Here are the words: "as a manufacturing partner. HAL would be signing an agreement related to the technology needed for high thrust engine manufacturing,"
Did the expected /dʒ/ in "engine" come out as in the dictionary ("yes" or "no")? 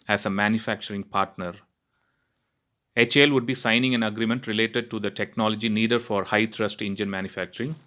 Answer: yes